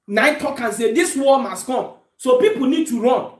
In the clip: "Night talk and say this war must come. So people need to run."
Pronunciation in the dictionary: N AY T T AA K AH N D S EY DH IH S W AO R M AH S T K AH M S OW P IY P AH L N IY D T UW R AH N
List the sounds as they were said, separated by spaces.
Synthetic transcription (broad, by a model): N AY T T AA K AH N S EY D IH S W AO L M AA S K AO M S OW P IY P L N IY D T UW R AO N